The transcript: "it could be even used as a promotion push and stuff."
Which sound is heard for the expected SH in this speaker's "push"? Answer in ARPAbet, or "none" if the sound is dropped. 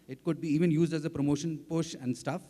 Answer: SH